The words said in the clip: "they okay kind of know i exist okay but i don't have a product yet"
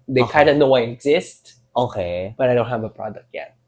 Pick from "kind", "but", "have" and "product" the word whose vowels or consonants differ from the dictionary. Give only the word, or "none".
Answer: kind